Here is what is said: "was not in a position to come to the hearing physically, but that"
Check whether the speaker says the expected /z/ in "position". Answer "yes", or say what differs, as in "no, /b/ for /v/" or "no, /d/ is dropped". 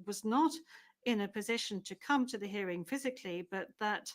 yes